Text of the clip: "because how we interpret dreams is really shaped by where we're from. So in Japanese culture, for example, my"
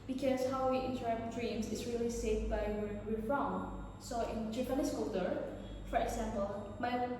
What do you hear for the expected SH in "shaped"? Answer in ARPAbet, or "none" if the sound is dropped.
S